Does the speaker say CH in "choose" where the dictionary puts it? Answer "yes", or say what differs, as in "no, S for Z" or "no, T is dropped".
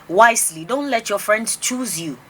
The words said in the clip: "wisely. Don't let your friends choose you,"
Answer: yes